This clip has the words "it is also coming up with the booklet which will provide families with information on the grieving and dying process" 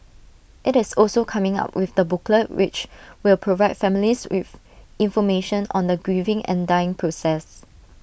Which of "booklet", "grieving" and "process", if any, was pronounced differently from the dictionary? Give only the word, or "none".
none